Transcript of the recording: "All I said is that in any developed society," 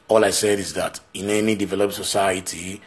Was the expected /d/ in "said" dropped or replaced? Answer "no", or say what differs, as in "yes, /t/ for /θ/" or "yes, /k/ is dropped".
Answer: no